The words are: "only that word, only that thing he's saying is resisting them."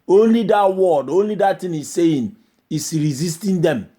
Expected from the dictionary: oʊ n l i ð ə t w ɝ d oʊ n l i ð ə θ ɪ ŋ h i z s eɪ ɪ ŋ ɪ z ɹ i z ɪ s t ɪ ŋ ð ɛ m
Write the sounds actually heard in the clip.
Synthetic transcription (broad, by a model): oʊ n l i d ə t w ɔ d oʊ n l i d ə t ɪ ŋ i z s eɪ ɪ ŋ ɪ s ɹ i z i s t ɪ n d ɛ m